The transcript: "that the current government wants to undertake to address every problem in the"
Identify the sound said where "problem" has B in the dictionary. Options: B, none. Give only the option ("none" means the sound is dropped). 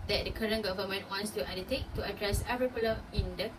none